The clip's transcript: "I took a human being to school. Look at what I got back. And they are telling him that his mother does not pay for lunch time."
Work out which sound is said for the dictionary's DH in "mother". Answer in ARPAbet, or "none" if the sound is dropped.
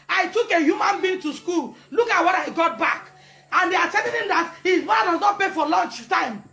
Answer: none